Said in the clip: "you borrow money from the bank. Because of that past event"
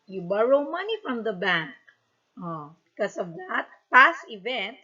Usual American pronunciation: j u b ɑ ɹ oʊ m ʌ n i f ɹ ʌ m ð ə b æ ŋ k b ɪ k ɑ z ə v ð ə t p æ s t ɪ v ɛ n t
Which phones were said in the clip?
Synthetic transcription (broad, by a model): j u b ɑ ɹ oʊ m ʌ n i f ɹ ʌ m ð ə b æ ŋ k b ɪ k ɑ s ə v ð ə t p æ s t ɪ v ɛ n t